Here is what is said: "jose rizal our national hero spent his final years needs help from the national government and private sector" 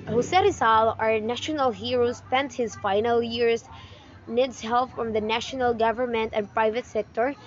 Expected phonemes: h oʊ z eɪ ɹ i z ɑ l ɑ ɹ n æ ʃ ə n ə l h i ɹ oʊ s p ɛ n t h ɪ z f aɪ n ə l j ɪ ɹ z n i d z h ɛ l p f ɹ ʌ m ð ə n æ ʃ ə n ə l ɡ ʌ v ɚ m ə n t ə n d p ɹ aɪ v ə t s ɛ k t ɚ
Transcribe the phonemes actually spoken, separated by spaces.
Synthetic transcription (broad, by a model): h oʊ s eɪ ɹ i s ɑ l ɑ ɹ n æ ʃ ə n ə l h i ɹ oʊ s p ɛ n t h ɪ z f aɪ n ə l j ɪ ɹ s n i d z h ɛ l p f ɹ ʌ m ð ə n æ ʃ ə n ə l ɡ ʌ v ɚ m ə n t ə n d p ɹ aɪ v ə t s ɛ k t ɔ